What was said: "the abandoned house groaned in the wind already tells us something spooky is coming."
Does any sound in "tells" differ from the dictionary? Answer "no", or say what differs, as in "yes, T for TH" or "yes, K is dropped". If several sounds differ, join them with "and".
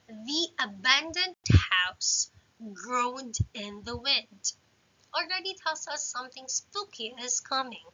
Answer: yes, S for Z